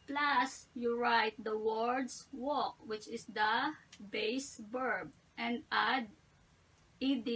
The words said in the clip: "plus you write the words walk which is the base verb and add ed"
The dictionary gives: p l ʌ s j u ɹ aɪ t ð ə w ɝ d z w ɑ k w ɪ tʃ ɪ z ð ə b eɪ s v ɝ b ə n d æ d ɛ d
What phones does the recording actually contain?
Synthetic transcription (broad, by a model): p l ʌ s j u ɹ aɪ t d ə w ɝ d s w ɑ k w ɪ tʃ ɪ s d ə b eɪ s b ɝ b ə n d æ d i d